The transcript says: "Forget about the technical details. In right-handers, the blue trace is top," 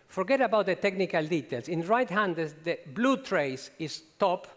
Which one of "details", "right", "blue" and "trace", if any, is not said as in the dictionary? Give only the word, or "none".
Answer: details